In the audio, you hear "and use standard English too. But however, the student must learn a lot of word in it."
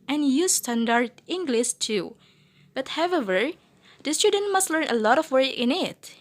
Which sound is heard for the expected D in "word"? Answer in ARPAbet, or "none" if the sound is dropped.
none